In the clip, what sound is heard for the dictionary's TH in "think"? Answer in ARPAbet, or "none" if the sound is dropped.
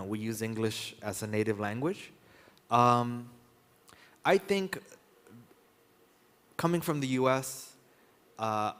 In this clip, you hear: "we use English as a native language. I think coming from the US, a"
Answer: TH